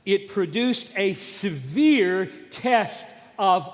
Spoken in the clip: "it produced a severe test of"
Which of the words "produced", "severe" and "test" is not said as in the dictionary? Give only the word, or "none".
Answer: none